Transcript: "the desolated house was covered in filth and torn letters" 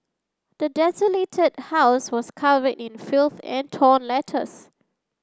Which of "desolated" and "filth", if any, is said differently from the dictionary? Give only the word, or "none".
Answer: none